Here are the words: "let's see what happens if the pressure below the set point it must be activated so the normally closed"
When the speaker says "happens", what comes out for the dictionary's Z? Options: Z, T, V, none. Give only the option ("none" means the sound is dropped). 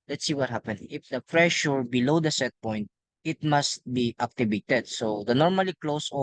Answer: none